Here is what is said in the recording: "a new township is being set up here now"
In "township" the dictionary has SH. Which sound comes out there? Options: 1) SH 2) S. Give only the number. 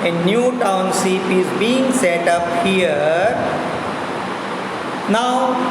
2